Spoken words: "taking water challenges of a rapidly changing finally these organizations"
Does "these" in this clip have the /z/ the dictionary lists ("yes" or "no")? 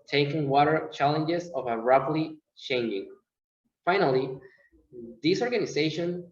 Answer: no